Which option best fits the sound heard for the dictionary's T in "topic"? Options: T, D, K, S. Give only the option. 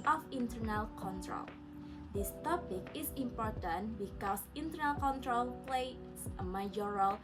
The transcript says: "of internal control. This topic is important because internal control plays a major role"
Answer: T